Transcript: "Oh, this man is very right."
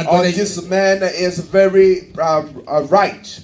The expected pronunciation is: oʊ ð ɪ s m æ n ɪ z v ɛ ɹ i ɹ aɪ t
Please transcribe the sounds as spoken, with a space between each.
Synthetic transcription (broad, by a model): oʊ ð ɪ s m æ n ɪ z v ɛ ɹ i ɹ aɪ t